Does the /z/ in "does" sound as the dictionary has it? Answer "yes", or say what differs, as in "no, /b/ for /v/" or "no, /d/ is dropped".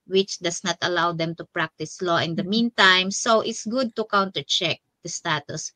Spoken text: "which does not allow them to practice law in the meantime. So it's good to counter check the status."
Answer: no, /s/ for /z/